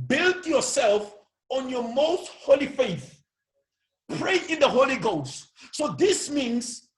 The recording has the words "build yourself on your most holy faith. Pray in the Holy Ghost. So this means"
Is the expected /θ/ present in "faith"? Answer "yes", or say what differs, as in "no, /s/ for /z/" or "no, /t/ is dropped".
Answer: yes